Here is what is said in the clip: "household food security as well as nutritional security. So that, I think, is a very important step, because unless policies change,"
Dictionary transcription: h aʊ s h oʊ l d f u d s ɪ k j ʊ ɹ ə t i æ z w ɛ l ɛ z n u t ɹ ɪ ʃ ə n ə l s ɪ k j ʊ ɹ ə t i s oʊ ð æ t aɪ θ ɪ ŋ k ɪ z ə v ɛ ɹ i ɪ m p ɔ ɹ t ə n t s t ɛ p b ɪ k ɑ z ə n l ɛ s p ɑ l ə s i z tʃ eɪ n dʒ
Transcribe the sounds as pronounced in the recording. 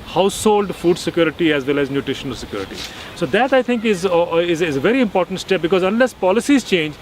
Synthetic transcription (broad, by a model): h aʊ s h oʊ l d f u d s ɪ k j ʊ ɹ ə t i æ z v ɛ l ɛ z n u t ɹ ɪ ʃ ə n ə l s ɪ k j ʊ ɹ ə t i s oʊ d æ t aɪ t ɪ ŋ k ɪ z ə v ɛ ɹ i ɪ m p ɔ ɹ t ə n t s t ɛ p b ɪ k ɑ z ə n l ɛ s p ɑ l ə s i z tʃ eɪ n dʒ